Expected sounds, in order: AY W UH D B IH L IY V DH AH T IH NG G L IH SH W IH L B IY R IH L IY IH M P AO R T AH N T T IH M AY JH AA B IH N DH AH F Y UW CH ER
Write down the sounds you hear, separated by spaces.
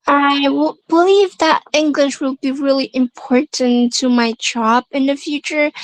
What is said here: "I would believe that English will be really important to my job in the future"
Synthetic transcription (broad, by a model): AY W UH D B IH L IY V DH AH T IH NG G L IH SH W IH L B IY R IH L IY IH M P AO R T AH N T T IH M AY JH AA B IH N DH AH F Y UW CH ER